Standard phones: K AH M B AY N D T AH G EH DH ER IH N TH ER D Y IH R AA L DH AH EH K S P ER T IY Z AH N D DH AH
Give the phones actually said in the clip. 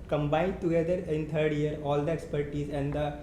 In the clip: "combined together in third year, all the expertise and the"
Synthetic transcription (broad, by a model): K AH M B AY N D T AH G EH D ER IH N T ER D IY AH R AA L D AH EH K S P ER T IY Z AH N D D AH